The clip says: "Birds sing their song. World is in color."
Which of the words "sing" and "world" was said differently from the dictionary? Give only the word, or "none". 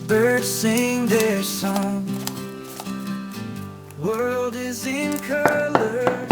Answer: none